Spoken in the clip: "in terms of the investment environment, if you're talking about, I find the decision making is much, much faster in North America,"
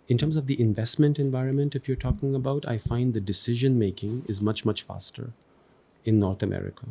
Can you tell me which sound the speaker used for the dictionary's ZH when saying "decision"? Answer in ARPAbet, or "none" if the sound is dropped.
ZH